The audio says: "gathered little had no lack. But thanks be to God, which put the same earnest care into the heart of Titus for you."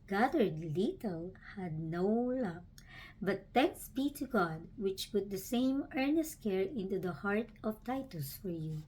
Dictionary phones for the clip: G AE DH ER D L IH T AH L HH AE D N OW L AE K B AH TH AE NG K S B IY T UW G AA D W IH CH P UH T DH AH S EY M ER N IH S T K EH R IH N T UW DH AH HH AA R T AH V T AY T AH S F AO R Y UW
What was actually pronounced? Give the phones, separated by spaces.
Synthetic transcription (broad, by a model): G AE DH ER D L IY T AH L HH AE D N OW L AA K B AH T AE NG K S B IY T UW G AA D W IH CH P UH T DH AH S EY M ER N IH S T K EH R IH N T UW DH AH HH AA R T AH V T AY T AH S F AO R Y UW